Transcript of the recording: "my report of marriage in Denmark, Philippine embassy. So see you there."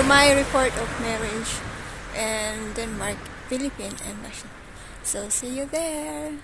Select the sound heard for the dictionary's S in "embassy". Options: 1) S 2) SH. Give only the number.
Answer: 2